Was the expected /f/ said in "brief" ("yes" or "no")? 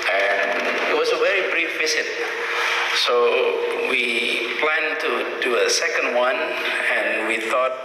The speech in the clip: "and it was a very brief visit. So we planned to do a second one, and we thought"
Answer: yes